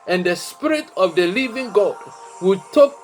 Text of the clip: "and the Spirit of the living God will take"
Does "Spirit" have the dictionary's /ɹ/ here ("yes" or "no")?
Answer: yes